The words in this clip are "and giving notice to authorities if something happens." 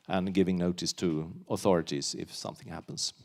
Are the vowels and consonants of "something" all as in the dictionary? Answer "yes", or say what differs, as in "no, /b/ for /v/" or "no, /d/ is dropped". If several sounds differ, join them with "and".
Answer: yes